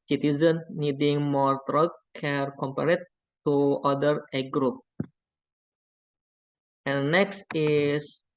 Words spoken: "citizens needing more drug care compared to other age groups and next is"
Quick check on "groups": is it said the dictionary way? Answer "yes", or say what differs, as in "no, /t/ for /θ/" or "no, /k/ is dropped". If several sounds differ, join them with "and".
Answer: no, /s/ is dropped